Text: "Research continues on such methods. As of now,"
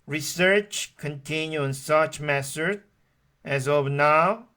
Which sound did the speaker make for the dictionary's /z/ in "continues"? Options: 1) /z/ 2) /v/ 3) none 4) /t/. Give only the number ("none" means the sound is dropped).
3